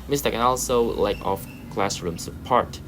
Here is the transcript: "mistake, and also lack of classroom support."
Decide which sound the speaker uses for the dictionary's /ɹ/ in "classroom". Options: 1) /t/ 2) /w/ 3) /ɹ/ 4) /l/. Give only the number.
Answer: 3